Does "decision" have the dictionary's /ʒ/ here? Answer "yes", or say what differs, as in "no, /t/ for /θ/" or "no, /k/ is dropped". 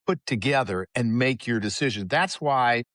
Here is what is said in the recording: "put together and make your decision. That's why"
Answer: yes